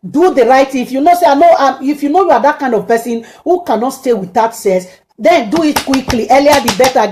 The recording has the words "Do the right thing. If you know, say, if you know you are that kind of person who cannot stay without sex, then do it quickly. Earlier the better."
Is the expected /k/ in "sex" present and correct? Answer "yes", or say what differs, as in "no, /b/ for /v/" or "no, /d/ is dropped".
no, /k/ is dropped